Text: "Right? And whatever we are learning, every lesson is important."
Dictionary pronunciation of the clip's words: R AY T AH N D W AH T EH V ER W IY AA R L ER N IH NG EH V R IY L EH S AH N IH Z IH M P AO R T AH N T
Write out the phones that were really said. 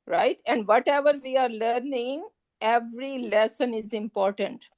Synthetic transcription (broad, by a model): R AY T AH N D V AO T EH V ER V IY AA R L ER N IH NG EH V R IY L EH S AH N IH Z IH M P AO R T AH N T